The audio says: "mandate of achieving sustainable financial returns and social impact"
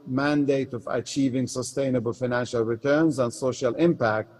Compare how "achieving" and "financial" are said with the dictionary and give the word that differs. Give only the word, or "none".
none